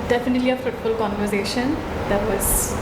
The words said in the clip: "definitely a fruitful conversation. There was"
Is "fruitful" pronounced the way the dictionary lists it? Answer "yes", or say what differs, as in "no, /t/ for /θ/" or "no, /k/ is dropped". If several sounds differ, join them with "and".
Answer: no, /ɹ/ is dropped